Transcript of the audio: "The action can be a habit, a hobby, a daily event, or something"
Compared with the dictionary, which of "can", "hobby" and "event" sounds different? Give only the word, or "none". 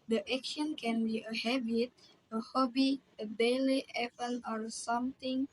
event